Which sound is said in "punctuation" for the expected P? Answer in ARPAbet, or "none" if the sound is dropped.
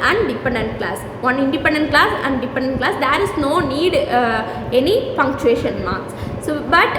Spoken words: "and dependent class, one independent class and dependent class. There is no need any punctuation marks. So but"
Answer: F